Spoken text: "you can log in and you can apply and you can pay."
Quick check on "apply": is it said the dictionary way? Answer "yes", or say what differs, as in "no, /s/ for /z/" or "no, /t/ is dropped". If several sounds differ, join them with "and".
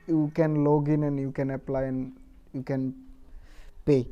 yes